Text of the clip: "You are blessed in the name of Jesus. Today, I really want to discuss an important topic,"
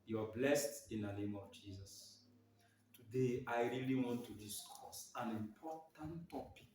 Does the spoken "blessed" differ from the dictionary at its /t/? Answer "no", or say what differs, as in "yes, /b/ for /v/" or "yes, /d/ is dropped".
no